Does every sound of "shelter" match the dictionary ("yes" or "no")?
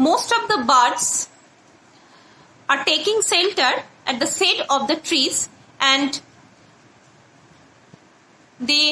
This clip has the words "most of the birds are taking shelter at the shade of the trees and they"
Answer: no